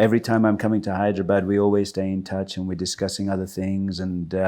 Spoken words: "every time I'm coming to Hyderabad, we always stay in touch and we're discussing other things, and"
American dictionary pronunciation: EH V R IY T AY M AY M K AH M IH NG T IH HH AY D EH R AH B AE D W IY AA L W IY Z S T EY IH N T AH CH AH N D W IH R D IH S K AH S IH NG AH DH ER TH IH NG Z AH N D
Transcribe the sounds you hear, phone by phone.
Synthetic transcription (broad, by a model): EH V R IY T AY M AY M K AH M IH NG T IH HH AY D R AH B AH D W IY AA L W IY Z S T EY IH N T AH CH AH N W IH R D IH S K AH S IH NG AH DH ER TH IH NG Z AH N